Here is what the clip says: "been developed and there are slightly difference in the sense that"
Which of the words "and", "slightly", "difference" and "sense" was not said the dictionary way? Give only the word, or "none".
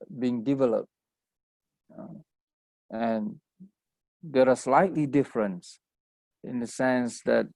none